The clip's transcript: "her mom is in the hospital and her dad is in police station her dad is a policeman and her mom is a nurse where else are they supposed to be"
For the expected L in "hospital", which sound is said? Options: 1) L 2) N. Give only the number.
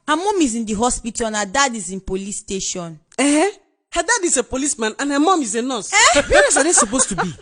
2